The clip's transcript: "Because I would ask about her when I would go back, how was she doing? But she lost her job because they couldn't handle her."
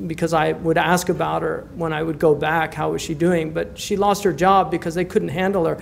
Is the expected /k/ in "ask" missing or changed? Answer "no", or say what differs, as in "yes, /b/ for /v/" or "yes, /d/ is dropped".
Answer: no